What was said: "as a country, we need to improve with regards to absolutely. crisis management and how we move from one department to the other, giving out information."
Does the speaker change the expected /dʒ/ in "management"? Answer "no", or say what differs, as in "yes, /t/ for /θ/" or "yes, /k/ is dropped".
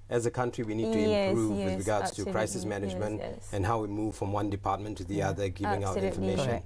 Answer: no